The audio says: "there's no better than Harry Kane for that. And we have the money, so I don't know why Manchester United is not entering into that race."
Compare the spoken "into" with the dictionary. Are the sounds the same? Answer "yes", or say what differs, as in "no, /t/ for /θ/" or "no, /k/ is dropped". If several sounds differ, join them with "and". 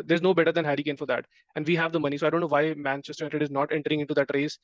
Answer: no, /n/ is dropped